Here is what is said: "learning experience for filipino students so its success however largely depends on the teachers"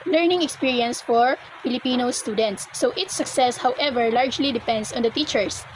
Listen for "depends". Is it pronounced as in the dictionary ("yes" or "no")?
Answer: no